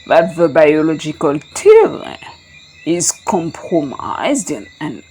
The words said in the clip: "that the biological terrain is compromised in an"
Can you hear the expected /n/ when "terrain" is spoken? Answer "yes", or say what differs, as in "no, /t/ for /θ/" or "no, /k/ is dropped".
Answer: no, /l/ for /n/